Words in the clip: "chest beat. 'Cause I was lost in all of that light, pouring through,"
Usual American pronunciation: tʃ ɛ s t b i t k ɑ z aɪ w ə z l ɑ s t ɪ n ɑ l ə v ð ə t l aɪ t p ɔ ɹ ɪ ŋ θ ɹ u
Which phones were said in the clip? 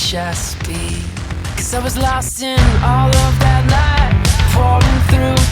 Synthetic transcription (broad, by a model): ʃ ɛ s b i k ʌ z aɪ w ə z l ɑ s t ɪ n ɑ l ə v ð ə t n aɪ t f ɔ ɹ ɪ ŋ θ ɹ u